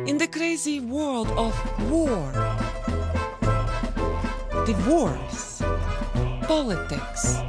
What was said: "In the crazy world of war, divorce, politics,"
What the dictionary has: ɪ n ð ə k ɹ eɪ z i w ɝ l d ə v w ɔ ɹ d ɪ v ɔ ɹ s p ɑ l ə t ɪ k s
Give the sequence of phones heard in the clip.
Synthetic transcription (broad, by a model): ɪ n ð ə k ɹ eɪ z i w ɝ l d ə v w ɔ ɹ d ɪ w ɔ ɹ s p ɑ l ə t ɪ k s